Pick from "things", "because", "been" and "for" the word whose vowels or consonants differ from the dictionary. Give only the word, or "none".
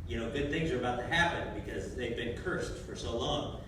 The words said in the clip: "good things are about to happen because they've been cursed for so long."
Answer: none